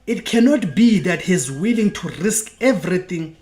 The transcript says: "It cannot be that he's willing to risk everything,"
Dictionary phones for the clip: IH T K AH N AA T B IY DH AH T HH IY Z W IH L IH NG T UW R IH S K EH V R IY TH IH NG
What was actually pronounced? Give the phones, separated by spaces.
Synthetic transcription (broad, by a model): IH T K AH N AA T B IY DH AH T HH IY Z W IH L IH NG T UW R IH S K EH V R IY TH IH NG